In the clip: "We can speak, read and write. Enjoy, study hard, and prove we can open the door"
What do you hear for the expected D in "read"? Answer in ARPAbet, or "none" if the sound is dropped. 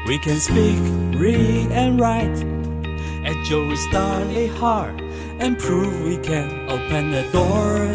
none